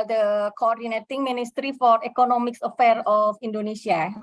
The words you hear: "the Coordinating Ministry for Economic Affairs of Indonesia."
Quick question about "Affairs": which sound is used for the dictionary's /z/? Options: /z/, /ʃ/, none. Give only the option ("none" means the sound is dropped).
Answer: none